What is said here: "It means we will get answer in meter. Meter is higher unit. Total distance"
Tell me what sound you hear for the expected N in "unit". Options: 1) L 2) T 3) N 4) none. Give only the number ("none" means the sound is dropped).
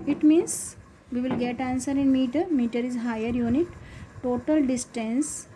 3